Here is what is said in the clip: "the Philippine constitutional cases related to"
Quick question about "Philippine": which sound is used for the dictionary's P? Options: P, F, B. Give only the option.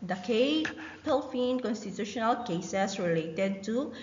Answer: F